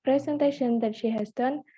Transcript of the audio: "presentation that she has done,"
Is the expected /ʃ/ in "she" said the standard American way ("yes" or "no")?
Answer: yes